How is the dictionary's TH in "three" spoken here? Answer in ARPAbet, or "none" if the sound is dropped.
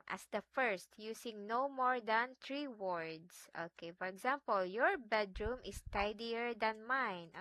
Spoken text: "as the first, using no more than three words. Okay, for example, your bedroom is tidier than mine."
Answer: T